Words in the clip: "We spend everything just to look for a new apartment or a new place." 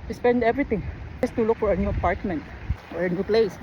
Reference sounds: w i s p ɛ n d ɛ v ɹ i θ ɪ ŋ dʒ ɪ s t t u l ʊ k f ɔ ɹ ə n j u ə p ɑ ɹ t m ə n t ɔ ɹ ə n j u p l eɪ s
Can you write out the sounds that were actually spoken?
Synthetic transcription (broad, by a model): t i s p ɛ n d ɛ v ɹ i t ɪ ŋ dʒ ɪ s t t u l ʊ k f ɔ ɹ ə n j u ə p ɑ ɹ t m ə n t ɔ ɹ ə n j u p l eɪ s